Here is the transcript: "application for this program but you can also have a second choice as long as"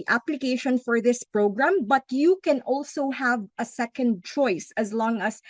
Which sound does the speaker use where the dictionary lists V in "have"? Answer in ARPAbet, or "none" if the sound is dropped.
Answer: V